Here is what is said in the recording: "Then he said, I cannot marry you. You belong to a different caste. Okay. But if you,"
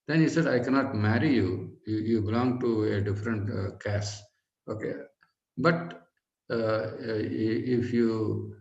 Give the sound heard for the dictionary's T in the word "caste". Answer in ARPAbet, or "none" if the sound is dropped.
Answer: none